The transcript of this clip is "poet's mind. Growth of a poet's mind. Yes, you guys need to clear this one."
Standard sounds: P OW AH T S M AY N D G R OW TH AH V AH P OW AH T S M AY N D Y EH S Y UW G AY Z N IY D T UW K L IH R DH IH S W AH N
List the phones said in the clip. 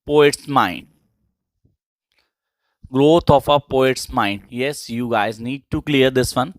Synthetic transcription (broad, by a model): P OW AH T S M AY N D G R OW T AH F AH P OW AH T S M AY N D Y EH S Y UW G AY Z N IY D T UW K L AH R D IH S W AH N